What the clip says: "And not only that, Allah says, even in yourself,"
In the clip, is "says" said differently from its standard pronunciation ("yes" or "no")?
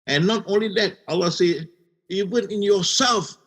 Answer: yes